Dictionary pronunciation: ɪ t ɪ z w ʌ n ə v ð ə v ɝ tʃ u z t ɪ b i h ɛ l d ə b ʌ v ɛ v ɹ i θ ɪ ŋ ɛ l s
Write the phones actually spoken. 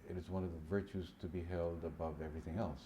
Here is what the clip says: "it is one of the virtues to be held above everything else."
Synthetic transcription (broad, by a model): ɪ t ɪ z w ʌ n ə v ð ə v ɝ tʃ u z t ɪ b i h ɛ l d ə b ʌ v ɛ v ɹ i θ ɪ ŋ ɛ l s